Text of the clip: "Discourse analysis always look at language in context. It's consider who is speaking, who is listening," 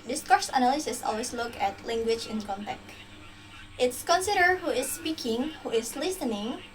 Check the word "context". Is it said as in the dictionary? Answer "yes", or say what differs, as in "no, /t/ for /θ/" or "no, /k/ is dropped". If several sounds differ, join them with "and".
no, /s/ is dropped